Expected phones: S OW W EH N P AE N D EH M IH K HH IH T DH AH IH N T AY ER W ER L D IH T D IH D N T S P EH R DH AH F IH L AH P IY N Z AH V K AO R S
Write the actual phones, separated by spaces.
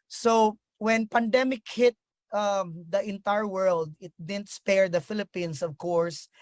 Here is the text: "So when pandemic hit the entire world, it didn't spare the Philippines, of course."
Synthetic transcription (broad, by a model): S OW W EH N P AE N D EH M IH K HH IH T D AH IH N T AY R W ER L D IH T D IH D N T S P EH R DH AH F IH L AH P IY N S AH V K AO R S